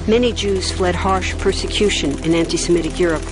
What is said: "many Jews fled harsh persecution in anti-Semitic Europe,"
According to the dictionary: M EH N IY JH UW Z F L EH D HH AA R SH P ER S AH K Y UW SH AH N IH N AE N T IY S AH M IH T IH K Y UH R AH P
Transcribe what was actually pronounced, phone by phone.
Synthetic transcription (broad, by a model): M EH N IY JH UW Z F L EH D HH AA R SH P ER S AH K Y UW SH AH N IH N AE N T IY S AH M IH T IH K Y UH R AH P